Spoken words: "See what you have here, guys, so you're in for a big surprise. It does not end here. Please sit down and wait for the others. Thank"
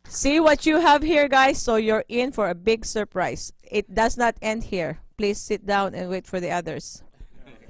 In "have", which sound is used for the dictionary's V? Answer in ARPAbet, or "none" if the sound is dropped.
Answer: V